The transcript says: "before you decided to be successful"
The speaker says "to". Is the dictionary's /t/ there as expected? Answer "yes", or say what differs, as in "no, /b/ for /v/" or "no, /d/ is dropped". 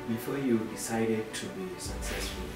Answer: yes